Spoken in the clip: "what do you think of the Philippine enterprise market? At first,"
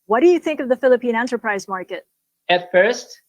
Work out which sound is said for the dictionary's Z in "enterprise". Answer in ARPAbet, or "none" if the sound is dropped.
Z